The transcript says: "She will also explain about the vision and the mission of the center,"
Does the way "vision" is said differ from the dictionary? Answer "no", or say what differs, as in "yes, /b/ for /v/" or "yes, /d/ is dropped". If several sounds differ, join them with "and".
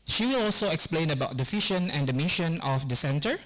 yes, /f/ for /v/ and /ʃ/ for /ʒ/